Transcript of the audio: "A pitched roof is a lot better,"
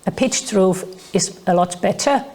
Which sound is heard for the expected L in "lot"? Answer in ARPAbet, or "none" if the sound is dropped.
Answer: L